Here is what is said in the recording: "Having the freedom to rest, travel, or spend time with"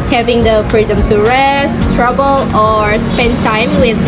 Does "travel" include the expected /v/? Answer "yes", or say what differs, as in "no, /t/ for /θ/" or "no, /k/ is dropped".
no, /b/ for /v/